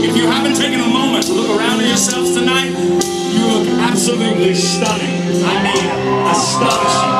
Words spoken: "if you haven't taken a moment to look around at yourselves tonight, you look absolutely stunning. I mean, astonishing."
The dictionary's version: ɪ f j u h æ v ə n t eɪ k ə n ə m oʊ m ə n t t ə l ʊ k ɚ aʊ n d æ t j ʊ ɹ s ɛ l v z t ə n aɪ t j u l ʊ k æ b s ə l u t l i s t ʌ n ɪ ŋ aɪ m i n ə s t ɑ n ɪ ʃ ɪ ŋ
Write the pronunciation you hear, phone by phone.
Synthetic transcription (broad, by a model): ɪ f j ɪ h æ b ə n t eɪ k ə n ə m oʊ m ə n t t ə l ʊ k ɚ aʊ n d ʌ j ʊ ɹ s ɛ l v t ə n aɪ t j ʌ l ʊ k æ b s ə l u t l i s t ʌ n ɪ aɪ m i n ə s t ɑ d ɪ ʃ